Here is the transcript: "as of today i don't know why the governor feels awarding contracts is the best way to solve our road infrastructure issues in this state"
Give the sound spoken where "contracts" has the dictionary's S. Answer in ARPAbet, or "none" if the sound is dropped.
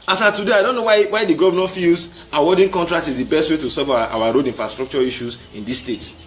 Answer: none